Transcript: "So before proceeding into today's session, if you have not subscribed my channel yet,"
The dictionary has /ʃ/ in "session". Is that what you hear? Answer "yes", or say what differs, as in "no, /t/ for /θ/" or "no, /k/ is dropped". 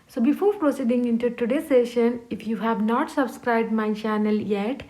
yes